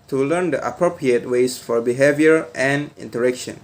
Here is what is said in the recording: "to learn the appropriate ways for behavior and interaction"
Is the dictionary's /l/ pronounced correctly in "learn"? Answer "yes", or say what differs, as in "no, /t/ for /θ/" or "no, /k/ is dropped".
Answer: yes